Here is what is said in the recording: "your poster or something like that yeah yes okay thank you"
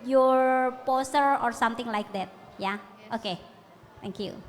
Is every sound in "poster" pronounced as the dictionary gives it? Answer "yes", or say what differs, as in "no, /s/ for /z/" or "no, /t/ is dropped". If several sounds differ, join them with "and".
yes